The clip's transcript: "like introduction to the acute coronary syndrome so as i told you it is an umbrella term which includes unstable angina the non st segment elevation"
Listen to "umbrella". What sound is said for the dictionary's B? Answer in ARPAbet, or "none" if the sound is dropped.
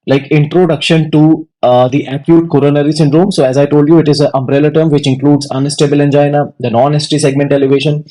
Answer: B